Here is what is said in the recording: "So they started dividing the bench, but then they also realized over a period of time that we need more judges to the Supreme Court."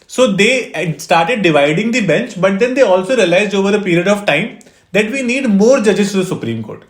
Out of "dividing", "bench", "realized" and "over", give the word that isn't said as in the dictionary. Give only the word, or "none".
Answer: none